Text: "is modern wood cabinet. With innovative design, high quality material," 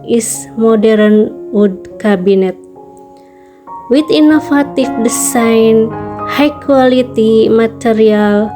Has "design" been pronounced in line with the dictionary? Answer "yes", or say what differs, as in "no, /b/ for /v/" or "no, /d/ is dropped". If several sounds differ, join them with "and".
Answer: no, /s/ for /z/